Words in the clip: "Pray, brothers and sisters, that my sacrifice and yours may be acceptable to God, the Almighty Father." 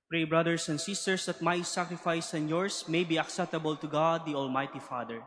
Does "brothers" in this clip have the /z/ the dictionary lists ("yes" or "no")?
no